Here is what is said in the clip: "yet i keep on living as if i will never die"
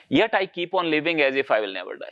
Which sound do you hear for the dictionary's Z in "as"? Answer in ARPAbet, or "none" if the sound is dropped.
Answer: Z